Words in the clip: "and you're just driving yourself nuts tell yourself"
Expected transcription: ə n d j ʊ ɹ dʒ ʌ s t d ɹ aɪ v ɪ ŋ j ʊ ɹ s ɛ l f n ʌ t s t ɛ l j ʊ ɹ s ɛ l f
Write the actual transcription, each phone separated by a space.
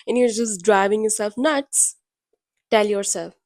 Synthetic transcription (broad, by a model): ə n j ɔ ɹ dʒ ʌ s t d ɹ aɪ v ɪ ŋ j ʊ ɹ s ɛ l f n ʌ t s t ɛ l j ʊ ɹ s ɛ l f